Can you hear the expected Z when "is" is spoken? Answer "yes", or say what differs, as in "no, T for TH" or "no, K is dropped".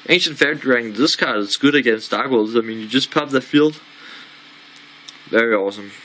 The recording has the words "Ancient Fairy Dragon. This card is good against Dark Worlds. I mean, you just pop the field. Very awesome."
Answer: no, S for Z